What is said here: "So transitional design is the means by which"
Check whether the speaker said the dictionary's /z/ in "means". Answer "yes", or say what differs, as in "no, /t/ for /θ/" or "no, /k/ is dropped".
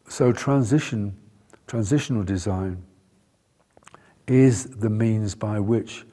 yes